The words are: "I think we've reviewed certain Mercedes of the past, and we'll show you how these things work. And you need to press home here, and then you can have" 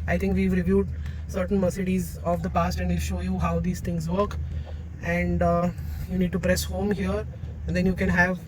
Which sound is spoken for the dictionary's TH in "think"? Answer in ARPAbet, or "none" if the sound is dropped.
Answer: T